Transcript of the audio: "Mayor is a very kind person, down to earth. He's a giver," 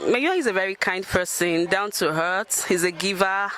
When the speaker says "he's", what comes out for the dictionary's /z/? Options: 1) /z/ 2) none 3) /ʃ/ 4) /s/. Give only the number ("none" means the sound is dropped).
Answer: 1